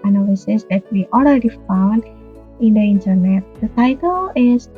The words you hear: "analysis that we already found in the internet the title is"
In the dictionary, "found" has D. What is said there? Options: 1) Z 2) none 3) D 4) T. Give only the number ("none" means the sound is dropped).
3